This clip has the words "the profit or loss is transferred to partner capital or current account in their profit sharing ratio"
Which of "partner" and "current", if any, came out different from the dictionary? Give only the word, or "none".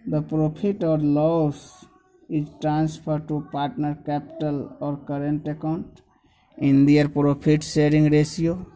none